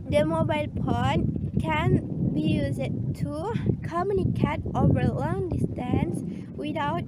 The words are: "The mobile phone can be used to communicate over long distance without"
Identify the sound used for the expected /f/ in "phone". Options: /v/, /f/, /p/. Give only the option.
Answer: /p/